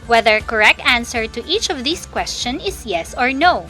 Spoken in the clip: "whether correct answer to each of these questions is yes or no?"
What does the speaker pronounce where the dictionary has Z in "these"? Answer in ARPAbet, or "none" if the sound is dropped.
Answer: S